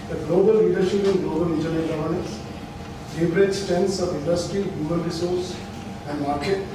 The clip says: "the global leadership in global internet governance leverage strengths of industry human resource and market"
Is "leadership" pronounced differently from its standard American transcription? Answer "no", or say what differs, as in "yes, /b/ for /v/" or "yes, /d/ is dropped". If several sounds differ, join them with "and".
no